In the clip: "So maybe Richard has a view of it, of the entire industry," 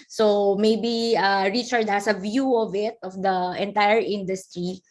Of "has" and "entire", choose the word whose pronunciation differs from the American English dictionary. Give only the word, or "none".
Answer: has